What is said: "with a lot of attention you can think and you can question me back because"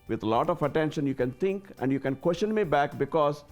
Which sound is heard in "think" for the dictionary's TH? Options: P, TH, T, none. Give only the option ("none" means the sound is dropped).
T